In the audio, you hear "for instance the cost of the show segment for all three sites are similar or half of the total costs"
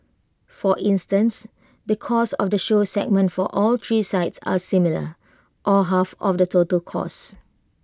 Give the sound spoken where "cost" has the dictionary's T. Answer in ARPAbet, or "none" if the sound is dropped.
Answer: none